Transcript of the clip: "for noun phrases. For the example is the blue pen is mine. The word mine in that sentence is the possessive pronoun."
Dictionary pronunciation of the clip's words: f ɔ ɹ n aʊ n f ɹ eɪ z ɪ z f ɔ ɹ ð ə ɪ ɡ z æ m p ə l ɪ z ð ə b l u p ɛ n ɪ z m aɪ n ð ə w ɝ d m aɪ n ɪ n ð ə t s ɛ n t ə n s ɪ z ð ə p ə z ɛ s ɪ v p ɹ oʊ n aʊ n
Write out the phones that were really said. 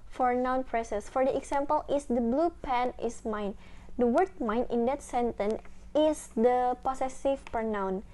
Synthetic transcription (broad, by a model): f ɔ ɹ n aʊ n p ɹ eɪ s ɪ s f ɔ ɹ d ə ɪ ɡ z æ m p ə l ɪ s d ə b l u p ɛ n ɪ s m aɪ n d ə w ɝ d m aɪ n ɪ n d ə t s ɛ n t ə n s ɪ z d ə p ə s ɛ s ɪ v p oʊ n aʊ n